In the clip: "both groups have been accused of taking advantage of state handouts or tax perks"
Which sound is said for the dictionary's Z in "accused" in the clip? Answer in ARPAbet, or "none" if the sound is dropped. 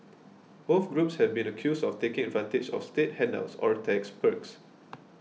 S